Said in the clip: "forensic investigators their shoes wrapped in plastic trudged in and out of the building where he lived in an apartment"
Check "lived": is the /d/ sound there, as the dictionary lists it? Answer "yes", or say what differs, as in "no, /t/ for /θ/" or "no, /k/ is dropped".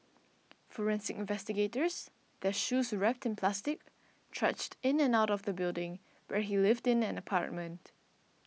yes